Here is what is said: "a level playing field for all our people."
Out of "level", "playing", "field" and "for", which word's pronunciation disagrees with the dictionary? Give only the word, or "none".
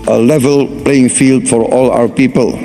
none